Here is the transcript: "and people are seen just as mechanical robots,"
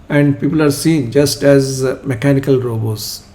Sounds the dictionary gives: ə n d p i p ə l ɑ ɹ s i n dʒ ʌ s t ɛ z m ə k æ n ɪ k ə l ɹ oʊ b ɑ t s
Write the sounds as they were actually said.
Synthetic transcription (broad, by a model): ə n d p i p ə l ɑ ɹ s i n dʒ ʌ s t ɛ z m ə k æ n ɪ k ə l ɹ oʊ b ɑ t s